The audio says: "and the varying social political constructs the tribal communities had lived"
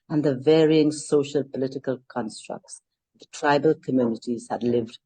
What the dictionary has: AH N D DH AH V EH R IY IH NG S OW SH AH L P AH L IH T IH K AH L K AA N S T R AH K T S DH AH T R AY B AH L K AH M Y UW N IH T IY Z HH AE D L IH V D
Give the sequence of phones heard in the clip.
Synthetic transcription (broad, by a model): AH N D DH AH V EH R IY IH NG S OW SH AH L P AH L IH T IH K AH L K AA N S T R AH K T S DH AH T R AY B AH L K AH M Y UW N IH T IY Z HH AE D L IH V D